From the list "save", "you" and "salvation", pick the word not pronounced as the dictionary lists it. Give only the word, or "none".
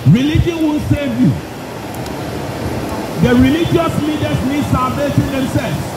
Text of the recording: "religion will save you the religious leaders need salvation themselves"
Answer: salvation